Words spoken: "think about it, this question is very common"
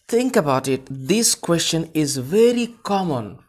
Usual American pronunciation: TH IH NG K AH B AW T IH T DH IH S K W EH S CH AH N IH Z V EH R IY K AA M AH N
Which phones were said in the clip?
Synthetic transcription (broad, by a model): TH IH NG K AH B AW T IH T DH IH S K W EH S CH AH N IH Z V EH R IY K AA M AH N